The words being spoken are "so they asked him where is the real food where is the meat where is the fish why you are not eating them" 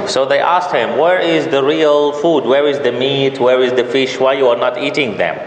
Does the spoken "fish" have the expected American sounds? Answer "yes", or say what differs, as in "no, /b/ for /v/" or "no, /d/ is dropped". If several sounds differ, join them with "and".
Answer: yes